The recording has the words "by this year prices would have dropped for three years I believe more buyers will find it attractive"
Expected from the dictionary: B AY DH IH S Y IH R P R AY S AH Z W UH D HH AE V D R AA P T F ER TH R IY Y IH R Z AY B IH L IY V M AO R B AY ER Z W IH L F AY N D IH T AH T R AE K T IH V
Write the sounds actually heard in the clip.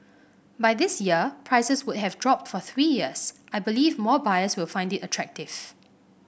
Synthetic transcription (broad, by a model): B AY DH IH S Y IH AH P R AY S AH S W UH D HH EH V D R AA P T F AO TH R IY Y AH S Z AY B IH L IY V M AO B AY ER S W IH L F AY N D IH T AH T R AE K T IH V